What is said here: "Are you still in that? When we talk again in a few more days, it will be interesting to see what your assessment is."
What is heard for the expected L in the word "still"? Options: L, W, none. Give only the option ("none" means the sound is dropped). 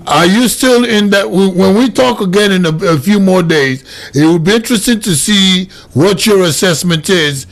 L